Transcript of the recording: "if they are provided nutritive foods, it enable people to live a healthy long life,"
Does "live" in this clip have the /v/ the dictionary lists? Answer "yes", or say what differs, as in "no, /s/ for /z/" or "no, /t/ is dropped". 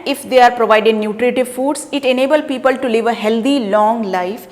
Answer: yes